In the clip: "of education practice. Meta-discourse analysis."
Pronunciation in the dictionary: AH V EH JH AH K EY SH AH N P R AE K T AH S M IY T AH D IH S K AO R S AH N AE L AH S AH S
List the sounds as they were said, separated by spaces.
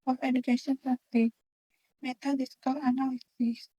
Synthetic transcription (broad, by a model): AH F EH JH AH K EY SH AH N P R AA T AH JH M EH T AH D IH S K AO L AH N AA L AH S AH S